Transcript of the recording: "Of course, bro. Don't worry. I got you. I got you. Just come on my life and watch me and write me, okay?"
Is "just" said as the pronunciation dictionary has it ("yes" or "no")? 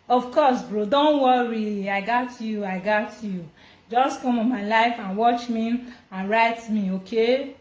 yes